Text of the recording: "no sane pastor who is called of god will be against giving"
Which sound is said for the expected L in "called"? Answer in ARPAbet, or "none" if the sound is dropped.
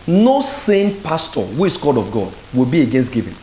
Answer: none